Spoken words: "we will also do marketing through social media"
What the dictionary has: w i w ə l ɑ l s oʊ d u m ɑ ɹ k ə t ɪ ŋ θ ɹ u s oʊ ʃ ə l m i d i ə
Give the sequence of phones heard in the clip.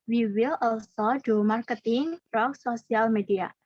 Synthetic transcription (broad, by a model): w i w ə l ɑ l s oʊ d u m ɑ ɹ k ə t ɪ ŋ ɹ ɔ s oʊ s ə l m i d i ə